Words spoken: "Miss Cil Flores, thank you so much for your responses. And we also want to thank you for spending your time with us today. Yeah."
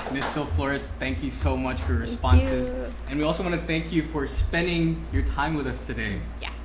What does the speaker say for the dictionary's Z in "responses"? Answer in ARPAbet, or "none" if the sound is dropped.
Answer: Z